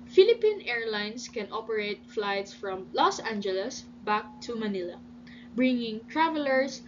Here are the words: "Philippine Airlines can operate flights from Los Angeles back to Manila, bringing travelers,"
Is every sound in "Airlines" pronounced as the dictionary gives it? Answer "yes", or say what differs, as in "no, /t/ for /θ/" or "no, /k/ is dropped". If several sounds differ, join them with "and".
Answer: no, /s/ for /z/